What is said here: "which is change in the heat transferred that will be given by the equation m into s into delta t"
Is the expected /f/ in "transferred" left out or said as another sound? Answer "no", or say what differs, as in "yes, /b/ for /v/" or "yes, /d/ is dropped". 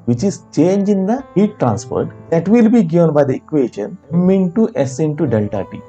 yes, /p/ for /f/